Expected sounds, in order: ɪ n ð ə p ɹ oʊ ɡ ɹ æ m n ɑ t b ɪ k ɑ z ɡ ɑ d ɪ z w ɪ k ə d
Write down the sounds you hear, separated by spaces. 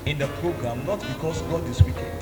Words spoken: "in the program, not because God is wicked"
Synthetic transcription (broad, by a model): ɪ n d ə p ɹ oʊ ɡ ɹ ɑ m n ɑ t b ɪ k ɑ s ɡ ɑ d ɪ s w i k